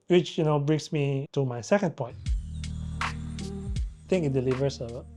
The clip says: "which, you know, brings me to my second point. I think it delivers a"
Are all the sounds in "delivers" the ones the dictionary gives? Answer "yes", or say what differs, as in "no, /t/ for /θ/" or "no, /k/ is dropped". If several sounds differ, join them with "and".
no, /s/ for /z/